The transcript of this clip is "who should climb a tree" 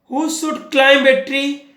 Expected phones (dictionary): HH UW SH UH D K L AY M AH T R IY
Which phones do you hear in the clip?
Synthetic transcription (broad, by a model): HH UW S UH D K L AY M AH T R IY